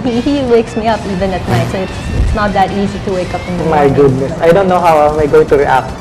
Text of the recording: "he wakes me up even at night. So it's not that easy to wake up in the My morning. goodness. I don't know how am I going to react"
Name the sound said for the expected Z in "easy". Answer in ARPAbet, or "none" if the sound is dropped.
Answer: Z